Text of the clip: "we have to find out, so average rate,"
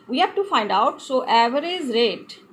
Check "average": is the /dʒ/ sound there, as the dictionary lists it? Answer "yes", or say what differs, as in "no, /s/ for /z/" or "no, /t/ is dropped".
no, /z/ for /dʒ/